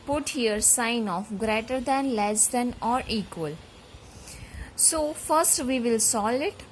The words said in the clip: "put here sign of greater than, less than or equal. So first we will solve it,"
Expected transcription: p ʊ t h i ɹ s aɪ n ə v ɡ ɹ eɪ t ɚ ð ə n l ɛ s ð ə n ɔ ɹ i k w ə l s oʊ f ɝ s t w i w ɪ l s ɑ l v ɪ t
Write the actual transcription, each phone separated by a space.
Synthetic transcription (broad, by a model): p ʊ t h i ɹ s aɪ n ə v ɡ ɹ eɪ t ɚ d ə n l ɛ s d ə n ɔ ɹ i k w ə l s oʊ f ɝ s t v i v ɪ l s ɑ l ɪ t